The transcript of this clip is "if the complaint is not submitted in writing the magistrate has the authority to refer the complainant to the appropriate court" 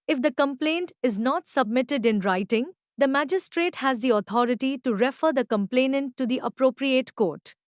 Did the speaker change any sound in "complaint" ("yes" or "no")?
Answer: no